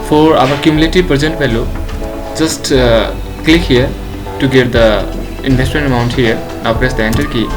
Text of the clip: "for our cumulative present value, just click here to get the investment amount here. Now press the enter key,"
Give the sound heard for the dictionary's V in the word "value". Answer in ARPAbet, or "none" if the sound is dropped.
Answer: B